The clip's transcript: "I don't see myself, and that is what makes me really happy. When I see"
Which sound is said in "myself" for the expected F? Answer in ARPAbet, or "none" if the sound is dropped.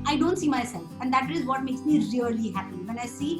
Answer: F